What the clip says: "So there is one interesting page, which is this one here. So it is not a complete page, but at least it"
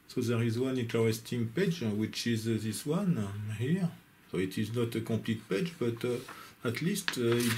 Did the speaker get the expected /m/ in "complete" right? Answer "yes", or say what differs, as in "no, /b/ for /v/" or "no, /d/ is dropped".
no, /m/ is dropped